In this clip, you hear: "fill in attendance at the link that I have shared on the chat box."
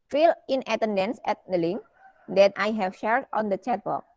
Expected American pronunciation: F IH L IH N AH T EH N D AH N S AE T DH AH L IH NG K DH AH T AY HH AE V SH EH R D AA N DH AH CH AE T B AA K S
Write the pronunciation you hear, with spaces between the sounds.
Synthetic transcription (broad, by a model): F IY L IH N AH T EH N D AH N S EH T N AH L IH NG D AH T AY HH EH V SH EH R D AA N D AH CH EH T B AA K